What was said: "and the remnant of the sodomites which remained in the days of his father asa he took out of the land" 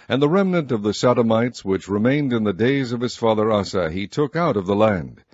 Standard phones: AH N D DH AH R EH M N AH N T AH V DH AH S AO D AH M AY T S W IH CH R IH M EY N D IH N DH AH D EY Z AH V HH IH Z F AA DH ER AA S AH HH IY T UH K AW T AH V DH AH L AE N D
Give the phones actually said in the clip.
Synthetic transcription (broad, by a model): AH N DH AH R EH M N AH N T AH V DH AH S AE D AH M AY T S W IH CH R IH M EY N D IH N DH AH D EY Z AH V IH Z F AA DH ER AA S AH IY T UH K AW T AH V DH AH L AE N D